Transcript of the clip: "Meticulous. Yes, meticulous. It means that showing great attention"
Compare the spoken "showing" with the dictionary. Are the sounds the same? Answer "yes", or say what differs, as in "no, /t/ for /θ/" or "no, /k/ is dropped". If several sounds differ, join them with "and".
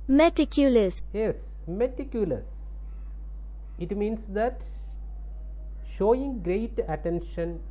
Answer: yes